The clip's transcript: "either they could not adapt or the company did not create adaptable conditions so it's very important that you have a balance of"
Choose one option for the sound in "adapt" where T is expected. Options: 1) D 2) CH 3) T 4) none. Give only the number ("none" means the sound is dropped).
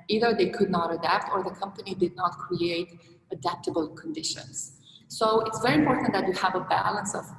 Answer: 3